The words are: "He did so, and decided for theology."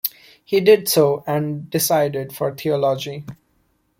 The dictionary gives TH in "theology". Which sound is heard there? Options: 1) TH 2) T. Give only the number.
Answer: 2